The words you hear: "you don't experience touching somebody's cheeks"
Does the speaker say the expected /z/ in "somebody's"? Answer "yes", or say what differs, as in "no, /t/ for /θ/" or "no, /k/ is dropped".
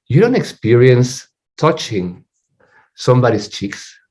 no, /s/ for /z/